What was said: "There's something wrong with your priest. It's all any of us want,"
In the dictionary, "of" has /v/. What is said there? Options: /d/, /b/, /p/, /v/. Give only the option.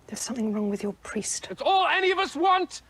/v/